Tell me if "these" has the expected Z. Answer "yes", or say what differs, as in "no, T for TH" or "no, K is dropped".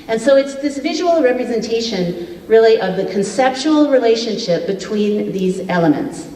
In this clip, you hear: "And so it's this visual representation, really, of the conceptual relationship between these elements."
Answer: yes